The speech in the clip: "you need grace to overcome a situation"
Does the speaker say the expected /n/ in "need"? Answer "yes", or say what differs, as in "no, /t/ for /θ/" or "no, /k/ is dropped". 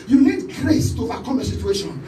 no, /l/ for /n/